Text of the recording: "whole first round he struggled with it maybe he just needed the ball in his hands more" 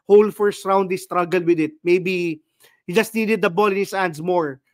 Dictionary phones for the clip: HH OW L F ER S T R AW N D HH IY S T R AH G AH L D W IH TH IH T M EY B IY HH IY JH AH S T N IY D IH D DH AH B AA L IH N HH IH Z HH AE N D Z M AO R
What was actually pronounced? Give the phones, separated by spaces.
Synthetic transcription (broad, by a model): HH OW L F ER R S R AW N D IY S T R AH G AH L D W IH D IH T M EY B IY HH IY JH AH S T N IY D IH D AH B AA L IH N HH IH S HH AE N D S M AO R